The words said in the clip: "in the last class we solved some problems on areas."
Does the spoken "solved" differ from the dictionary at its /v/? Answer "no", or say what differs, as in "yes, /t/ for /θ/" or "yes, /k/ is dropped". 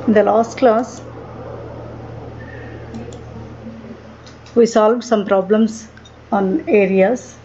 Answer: no